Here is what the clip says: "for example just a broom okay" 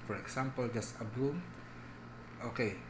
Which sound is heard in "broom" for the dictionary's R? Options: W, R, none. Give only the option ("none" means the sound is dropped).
none